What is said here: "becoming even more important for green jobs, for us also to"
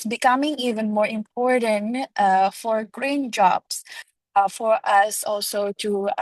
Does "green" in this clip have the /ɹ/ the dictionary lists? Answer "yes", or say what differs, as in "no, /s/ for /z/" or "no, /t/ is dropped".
yes